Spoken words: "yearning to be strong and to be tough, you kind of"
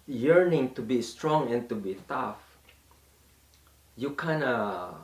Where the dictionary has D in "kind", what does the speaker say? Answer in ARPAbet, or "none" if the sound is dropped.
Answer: none